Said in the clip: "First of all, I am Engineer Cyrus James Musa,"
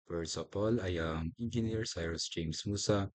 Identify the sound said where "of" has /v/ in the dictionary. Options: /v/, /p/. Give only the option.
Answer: /p/